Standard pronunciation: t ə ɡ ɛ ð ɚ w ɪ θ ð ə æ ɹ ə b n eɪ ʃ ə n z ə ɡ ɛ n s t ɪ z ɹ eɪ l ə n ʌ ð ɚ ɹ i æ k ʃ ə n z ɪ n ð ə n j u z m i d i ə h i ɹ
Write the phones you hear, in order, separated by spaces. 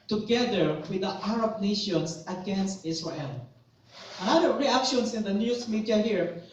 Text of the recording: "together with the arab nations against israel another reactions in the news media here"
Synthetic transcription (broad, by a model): t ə ɡ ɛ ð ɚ w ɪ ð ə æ ɹ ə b n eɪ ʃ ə n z ə ɡ ɛ n s t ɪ s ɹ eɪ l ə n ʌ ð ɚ ɹ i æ k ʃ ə n s ɪ n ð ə n j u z m i d i ə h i ɹ